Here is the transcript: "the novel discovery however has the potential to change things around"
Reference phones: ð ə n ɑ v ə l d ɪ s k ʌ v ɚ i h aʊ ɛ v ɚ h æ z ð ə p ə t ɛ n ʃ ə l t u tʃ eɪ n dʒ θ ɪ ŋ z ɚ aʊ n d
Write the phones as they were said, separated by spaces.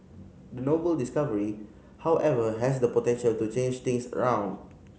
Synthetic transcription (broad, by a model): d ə n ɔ b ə l d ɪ s k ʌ v ɚ i h aʊ ɛ v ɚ h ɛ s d ə p ə t ɛ n ʃ ə l t u tʃ eɪ n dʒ t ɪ ŋ s ɚ aʊ n d